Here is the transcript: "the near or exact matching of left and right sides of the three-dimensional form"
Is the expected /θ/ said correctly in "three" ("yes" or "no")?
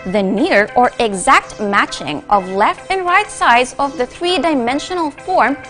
yes